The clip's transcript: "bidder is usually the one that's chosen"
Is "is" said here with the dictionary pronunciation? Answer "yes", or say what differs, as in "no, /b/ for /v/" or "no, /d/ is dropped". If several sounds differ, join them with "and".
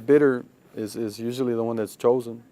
yes